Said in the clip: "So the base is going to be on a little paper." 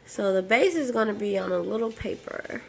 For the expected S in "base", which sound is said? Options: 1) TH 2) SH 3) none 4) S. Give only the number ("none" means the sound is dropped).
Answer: 4